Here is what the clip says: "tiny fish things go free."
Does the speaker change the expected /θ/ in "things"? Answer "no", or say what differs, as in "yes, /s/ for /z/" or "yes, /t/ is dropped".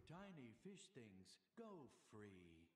no